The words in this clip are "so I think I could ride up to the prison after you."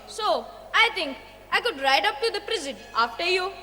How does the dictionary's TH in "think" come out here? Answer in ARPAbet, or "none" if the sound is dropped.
T